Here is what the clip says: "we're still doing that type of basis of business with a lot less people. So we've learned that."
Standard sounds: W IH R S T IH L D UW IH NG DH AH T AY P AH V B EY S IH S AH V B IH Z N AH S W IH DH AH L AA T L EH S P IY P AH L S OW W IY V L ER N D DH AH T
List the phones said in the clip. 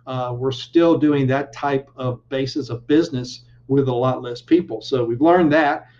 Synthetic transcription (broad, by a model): W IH R S T IH L D UW IH NG DH AH T AY P AH V B EY S IH S AH V B IH Z N AH S W IH DH AH L AA T L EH S P IY P L S OW W IY V L ER N DH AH T